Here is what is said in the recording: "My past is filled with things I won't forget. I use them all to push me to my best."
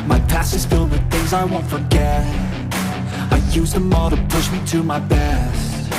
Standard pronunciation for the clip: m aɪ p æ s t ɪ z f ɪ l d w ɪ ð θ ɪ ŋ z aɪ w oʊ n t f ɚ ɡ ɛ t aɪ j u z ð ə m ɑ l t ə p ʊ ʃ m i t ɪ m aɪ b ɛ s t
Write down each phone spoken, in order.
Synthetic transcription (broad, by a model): m aɪ p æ s ɪ z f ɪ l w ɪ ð θ ɪ ŋ z aɪ w oʊ n t f ɚ ɡ ɛ t aɪ j u z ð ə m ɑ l t ə p ʊ ʃ m i t ɪ m aɪ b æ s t